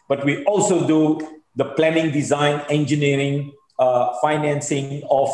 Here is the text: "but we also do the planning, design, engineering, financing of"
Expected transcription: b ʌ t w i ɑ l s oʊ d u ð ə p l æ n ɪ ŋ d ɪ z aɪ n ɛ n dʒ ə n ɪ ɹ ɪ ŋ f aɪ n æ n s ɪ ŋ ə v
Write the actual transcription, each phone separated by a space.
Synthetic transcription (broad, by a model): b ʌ t w i ɑ l s oʊ d u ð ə p l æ n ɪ ŋ d ɪ z aɪ n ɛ n dʒ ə n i ɹ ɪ ŋ f aɪ n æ n s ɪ ŋ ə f